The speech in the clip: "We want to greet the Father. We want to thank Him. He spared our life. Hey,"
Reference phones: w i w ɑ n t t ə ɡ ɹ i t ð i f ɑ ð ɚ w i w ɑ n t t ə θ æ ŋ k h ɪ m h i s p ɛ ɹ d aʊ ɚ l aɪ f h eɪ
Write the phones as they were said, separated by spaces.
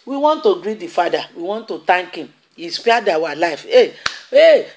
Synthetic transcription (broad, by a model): w i w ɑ n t t ə ɡ ɹ i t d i f ɑ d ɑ w i w ɑ n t t ə t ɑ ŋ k h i m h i s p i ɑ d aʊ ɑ l aɪ f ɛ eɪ